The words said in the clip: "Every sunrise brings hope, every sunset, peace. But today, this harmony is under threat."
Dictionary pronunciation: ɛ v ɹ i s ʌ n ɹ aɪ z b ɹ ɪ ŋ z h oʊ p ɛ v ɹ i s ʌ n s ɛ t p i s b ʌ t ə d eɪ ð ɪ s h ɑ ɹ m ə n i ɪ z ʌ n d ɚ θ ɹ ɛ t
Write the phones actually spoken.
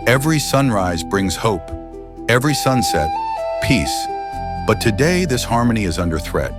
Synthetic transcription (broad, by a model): ɛ v ɹ i s ʌ n ɹ aɪ z b ɹ ɪ ŋ z h oʊ p ɛ v ɹ i s ʌ n s ɛ t p i s b ʌ t ə d eɪ ð ɪ s h ɑ ɹ m ə n i ɪ z ʌ n d ɚ θ ɹ ɛ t